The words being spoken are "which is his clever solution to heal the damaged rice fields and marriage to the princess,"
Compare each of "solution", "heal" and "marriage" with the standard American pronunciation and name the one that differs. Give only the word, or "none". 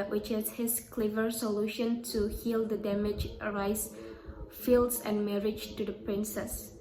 none